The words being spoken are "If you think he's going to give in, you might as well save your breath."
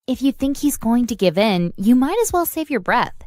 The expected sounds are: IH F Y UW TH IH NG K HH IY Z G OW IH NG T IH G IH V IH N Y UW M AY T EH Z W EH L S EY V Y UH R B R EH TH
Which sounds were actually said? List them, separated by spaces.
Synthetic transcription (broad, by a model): IH F Y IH TH IH NG K HH IY Z G OW IH NG T IH G IH V IH N Y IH M AY T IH Z W EH L S EY V Y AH R B R EH TH